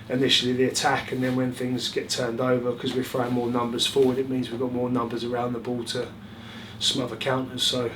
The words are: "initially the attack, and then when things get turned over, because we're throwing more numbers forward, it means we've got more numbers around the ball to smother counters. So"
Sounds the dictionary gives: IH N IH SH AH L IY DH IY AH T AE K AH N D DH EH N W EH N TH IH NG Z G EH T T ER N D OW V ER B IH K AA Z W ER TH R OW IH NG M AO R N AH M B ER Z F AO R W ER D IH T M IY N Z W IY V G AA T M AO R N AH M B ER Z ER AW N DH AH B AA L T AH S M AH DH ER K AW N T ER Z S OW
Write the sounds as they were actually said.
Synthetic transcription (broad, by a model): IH N IH SH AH L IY DH IY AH T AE K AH N DH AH N W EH N TH IH NG Z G EH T T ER N D OW V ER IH K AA Z W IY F R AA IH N M AO N AH M B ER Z F AO W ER D IH T M IY N Z W IY V G AA T M AO N AH M B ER Z ER AW N DH AH B AA L T AH S M AH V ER K AW N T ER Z S OW